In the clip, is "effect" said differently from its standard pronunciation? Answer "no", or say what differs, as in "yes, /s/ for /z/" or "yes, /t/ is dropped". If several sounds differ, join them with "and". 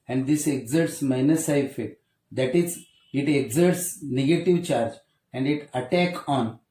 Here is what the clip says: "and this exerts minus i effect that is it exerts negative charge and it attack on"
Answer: yes, /k/ is dropped